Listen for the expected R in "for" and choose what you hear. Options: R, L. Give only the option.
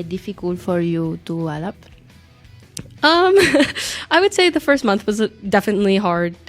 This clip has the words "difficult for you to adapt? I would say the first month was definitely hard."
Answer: R